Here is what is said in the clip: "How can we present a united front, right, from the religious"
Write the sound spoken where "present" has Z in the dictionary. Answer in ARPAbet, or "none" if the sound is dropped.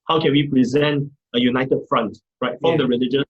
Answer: Z